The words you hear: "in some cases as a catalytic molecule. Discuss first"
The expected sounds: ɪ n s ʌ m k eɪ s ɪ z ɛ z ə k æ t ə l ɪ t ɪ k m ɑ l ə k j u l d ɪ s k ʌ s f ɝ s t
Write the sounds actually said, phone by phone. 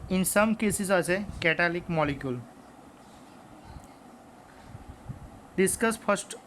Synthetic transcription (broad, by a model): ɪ n s ʌ m k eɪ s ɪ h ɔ s ə k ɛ t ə l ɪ k m ɑ l ə k j u l d ɪ s k ʌ s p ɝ s t